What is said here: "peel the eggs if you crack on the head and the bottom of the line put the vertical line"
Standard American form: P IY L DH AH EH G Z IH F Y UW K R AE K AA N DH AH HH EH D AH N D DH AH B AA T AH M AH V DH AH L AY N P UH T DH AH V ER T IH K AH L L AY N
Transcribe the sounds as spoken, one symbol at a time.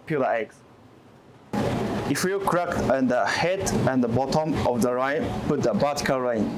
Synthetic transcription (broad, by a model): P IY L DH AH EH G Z IH F Y UW K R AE K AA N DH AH HH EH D AH N D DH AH B AA T AH M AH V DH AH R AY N P UH T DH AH B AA T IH K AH L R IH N